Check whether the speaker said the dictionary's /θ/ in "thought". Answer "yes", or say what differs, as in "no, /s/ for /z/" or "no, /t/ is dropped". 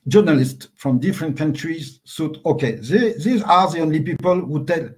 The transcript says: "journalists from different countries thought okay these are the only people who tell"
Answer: no, /s/ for /θ/